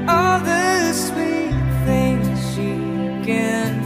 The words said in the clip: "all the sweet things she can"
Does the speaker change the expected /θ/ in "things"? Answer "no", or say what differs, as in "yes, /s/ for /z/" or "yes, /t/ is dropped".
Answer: no